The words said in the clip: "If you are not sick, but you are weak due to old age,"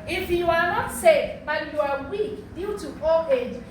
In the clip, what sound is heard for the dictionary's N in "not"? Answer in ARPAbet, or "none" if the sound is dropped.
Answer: N